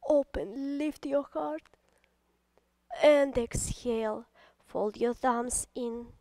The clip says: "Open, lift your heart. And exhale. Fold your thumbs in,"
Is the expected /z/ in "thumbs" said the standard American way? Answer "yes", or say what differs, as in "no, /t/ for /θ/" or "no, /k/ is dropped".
no, /s/ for /z/